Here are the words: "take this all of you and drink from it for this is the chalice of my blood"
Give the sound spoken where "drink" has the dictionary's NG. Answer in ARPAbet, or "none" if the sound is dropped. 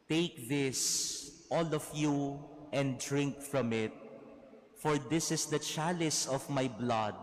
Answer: NG